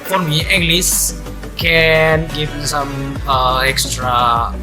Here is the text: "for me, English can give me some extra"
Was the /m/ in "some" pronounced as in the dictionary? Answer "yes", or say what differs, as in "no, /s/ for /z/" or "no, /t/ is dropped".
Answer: no, /m/ is dropped